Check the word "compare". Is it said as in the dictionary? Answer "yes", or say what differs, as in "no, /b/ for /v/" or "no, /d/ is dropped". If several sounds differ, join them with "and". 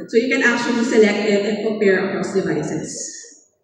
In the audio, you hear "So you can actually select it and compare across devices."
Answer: no, /m/ is dropped